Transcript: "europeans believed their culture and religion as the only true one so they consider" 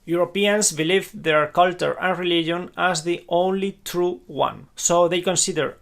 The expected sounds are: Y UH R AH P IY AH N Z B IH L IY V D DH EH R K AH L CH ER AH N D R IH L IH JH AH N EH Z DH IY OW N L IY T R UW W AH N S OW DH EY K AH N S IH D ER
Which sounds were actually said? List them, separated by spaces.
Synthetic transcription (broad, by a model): Y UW R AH P IY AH N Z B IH L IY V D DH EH R K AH L CH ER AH N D R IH L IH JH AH N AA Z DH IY OW N L IY T R UW W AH N S OW DH EY K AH N S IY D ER